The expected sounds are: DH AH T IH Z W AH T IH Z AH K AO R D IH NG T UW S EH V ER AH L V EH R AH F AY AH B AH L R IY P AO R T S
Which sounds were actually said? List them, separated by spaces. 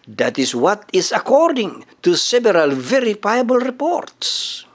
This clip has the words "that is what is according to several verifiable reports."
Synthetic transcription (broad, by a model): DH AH T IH S W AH T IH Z AH K AO R D IH NG T UW S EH B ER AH L V EH R AH F AY AH B AH L R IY P AO R T S